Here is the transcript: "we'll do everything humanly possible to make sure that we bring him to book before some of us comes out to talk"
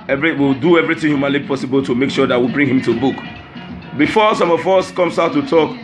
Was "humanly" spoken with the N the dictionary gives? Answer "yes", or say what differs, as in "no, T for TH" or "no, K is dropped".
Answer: yes